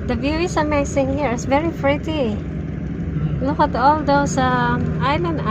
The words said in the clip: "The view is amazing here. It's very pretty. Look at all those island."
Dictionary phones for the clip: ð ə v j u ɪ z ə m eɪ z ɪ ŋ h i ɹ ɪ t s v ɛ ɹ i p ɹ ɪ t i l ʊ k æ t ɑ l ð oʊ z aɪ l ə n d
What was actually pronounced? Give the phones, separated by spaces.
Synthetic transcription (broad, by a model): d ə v j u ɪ s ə m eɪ s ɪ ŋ h i ɹ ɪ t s v ɛ ɹ i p ɹ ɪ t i l ʊ k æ t ɑ l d oʊ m aɪ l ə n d